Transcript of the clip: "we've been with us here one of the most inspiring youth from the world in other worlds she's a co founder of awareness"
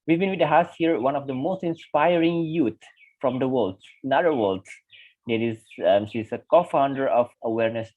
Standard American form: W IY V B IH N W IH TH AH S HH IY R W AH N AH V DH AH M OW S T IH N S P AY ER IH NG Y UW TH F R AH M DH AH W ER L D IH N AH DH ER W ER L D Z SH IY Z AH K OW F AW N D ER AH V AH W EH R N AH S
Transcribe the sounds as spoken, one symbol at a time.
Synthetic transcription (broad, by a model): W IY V B IH N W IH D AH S HH IY R W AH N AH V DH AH M OW S T IH N S P AY ER IH NG Y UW T F R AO M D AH W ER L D IH N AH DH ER W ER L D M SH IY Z AH K OW F AW N D ER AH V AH W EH R N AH S